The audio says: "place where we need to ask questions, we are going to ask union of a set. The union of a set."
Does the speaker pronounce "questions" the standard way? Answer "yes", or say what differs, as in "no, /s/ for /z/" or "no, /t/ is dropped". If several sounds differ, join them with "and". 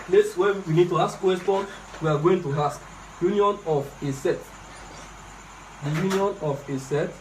no, /z/ is dropped